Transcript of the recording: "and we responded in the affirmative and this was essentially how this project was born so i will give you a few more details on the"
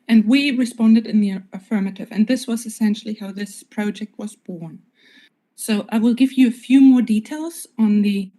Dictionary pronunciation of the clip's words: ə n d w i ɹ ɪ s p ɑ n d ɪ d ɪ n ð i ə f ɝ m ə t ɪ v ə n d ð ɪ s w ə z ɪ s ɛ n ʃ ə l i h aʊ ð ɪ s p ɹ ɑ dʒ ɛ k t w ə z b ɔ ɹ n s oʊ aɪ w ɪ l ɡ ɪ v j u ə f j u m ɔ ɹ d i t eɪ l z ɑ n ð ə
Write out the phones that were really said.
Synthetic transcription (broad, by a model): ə n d w i ɹ ɪ s p ɑ n d ɪ d ɪ n ð i ə f ɝ m ə t ɪ v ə n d ð ɪ s w ə z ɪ s ɛ n ʃ l i h aʊ ð ɪ s p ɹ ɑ dʒ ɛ k t w ə z b ɔ ɹ n s oʊ aɪ w ɪ l ɡ ɪ v j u ə f j u m ɔ ɹ d i t eɪ l z n ð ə